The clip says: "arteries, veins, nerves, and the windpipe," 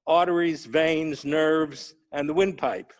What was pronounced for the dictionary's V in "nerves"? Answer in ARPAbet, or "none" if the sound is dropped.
V